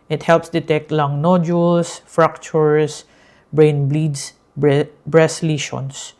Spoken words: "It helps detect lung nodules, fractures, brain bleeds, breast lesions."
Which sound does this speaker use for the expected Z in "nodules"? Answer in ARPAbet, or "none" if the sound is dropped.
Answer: S